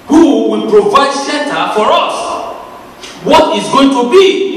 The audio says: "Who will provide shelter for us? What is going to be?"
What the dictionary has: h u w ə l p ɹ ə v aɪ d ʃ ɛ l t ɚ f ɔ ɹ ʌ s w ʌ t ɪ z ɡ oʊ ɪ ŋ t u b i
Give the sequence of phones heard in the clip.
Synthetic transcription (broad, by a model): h u w ə l p ɹ ə v aɪ d s ɛ n t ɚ f ɔ ɹ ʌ s w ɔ t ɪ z ɡ oʊ ɪ ŋ t u b i